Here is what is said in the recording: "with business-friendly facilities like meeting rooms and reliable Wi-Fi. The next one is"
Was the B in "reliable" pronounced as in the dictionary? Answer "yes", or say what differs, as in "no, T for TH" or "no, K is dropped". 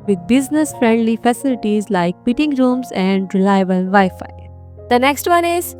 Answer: no, B is dropped